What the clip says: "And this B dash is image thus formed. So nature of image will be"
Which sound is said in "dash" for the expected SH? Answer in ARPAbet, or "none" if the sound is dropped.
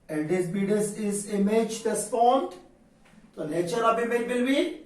S